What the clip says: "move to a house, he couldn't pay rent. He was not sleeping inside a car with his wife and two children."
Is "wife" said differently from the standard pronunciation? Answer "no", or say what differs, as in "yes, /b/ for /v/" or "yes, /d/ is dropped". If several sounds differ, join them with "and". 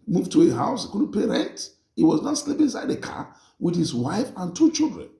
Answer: no